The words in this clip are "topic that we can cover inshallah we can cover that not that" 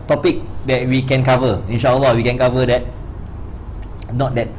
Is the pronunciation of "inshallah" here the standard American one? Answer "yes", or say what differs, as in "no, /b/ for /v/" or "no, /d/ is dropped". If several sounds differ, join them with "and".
no, /w/ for /l/